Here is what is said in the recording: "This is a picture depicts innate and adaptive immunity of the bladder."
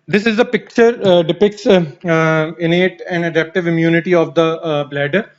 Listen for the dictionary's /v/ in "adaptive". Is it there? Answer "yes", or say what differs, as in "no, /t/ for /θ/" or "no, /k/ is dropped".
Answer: yes